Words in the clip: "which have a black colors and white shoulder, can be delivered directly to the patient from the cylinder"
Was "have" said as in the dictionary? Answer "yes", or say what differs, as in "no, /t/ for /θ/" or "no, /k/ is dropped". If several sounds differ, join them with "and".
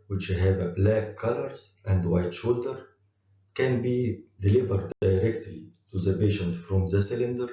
yes